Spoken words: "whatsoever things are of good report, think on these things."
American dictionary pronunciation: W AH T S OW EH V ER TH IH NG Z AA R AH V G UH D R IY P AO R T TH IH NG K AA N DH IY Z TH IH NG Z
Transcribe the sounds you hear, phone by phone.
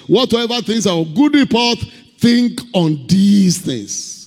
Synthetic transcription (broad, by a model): W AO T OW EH V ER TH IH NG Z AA W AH G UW D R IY P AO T TH IH NG K AA N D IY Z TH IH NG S